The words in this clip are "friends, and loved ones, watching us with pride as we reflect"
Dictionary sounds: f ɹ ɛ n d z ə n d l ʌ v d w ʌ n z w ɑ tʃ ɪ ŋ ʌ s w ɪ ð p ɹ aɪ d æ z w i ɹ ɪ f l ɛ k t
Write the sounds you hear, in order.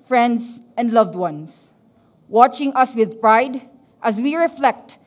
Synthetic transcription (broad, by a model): f ɹ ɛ n d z ə n d l ʌ v d w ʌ n s w ɑ tʃ ɪ ŋ ʌ s w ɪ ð p ɹ aɪ d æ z w i ɹ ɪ f l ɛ k t